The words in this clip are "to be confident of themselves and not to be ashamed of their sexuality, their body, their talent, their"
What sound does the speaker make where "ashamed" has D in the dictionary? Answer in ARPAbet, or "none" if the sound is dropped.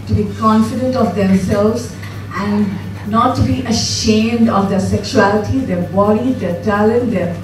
D